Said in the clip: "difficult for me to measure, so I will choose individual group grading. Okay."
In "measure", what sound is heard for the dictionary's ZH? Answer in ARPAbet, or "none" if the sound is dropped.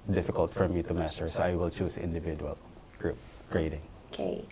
S